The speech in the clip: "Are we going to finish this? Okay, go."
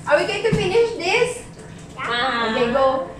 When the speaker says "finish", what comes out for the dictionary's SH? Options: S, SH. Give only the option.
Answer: SH